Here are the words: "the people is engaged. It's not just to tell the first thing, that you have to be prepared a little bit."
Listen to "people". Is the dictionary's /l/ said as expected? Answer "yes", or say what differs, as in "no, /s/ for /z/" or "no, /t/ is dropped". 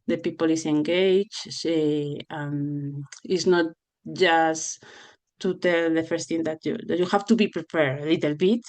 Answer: yes